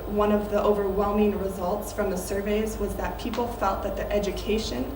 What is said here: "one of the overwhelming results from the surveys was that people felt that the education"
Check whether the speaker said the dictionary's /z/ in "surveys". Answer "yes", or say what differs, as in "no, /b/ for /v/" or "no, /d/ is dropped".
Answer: yes